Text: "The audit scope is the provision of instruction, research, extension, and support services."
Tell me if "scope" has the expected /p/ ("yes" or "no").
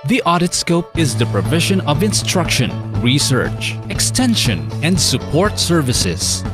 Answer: yes